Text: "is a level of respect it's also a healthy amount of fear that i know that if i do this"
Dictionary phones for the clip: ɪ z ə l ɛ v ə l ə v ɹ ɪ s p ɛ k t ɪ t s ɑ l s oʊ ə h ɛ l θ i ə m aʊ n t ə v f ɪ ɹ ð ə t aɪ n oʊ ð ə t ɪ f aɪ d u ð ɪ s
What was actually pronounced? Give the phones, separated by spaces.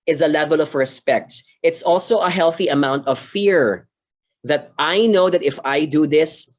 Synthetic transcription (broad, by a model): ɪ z ə l ɛ v ə l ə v ɹ ɪ s p ɛ k t ɪ t s ɑ l s oʊ ə h ɛ l θ i ə m aʊ n t ə v f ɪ ɹ ð ə t aɪ n oʊ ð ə t ɪ f aɪ d u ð ɪ s